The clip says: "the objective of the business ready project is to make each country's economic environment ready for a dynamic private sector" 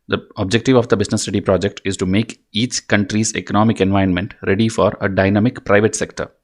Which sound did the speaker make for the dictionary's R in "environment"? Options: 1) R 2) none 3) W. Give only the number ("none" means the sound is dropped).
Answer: 2